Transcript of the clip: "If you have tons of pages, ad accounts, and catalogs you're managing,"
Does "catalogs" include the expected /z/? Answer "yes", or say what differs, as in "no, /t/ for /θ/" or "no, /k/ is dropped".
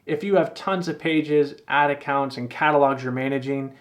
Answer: yes